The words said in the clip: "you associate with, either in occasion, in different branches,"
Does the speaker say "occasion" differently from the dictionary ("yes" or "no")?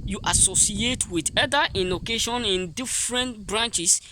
yes